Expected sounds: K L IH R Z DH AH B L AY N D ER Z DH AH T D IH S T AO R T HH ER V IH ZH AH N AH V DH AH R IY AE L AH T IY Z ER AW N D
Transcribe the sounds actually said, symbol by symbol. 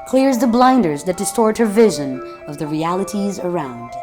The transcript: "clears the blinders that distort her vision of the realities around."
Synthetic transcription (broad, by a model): K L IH R Z DH AH B L AY N D ER Z DH AH T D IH S T AO R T HH ER V IH ZH AH N AH V DH AH R IY AE L AH T IY Z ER AW N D